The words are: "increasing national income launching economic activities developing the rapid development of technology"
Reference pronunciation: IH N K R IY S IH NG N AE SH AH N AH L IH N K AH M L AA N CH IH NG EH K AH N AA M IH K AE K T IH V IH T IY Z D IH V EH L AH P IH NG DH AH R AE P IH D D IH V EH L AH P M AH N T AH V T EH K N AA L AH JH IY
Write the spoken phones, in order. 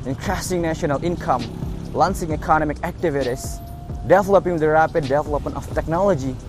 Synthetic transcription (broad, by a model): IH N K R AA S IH NG N AE SH AH N AH L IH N K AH M L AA N S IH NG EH K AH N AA M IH K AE K T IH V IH T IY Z D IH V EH L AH P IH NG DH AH R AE P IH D D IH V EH L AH P M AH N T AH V T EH K N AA L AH JH IY